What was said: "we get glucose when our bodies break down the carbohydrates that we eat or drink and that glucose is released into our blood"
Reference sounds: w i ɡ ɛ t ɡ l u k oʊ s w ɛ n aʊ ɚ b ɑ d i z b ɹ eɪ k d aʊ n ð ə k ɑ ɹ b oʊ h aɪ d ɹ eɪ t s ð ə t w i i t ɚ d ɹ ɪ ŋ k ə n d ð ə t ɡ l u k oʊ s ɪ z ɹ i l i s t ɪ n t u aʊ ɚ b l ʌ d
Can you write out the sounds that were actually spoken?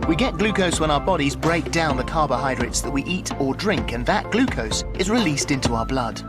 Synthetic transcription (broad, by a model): w i ɡ ɛ t ɡ l u k oʊ s w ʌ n aʊ ɚ b ɑ d i z b ɹ eɪ k d aʊ n ð ə k ɑ ɹ b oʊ h aɪ d ɹ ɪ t s ð ə t w i i t ɚ d ɹ ɪ ŋ k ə n ð ə t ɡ l u k oʊ s ɪ z ɹ i l i s t ɪ n t u aʊ ɚ b l ʌ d